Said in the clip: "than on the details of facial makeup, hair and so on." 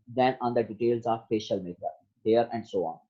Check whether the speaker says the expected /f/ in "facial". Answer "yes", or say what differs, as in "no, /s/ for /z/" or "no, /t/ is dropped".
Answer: no, /p/ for /f/